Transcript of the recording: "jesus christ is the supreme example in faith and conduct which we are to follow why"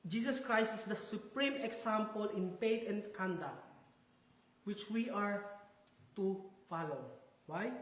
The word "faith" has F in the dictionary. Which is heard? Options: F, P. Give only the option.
P